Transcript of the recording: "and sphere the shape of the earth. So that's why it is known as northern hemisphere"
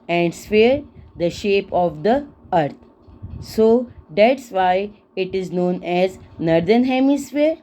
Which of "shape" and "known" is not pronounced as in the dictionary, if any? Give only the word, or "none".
none